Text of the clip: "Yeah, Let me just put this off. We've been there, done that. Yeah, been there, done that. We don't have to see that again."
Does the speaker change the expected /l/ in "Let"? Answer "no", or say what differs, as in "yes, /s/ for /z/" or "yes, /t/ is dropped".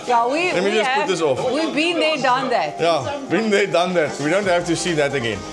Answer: yes, /w/ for /l/